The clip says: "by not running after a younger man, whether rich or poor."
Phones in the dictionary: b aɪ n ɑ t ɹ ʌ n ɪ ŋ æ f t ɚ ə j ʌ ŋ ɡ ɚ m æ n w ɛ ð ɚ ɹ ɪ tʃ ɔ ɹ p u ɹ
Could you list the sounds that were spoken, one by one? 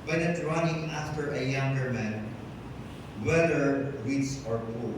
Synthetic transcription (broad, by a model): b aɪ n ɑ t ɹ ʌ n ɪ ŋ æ f t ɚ ə j ʌ ŋ ɡ ɚ m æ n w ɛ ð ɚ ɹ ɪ s ɔ ɹ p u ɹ